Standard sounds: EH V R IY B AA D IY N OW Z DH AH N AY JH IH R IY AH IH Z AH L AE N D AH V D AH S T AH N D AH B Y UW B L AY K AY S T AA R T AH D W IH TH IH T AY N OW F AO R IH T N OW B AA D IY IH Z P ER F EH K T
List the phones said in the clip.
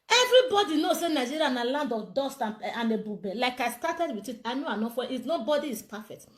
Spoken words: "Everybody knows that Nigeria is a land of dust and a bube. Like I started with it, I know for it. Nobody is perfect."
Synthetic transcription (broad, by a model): EH V R IY B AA D IY N OW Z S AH N AY JH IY R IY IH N AH L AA N D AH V D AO S T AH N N AH B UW B L AY K AY S T AA T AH D W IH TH IH T AY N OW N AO W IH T N OW B AA D IY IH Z P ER F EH K T